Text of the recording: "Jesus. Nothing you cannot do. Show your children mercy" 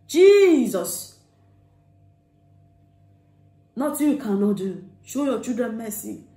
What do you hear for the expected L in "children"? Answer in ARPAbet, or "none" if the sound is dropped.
none